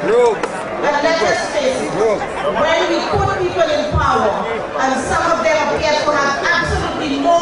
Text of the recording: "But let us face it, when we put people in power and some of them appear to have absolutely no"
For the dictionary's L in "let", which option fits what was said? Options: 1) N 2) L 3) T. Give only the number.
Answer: 1